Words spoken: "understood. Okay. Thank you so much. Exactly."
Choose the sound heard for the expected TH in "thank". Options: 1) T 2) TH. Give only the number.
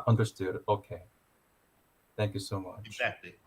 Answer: 2